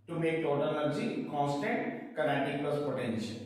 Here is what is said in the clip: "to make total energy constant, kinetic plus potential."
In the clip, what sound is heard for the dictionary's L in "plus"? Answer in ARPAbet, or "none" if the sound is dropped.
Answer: none